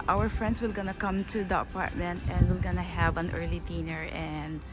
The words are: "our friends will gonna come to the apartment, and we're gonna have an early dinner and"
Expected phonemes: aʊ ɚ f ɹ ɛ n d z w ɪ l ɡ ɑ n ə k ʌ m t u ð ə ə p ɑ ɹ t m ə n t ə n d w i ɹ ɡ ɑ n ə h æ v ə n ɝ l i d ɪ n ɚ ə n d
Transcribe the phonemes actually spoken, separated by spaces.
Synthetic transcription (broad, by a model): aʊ ɚ f ɹ ɛ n d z w ɪ l ɡ ɑ n ə k ʌ m t u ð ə ə p ɑ ɹ t m ə n t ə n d w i l ɡ ɑ n ə h æ v ə n ɝ l i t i n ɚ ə n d